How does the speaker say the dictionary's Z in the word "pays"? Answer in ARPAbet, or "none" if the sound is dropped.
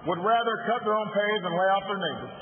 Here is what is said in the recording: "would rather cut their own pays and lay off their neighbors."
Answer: Z